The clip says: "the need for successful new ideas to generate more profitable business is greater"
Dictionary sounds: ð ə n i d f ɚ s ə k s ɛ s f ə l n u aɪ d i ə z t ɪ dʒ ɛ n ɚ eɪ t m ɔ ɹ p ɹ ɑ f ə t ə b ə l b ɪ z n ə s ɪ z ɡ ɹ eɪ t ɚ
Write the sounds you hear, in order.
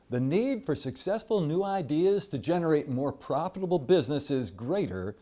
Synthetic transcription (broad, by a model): ð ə n i d f ɚ s ə k s ɛ s f ə l n u aɪ d i ə z t ɪ dʒ ɛ n ɚ eɪ t m ɔ ɹ p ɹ ɑ f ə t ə b l b ɪ z n ə s ɪ z ɡ ɹ eɪ t ɚ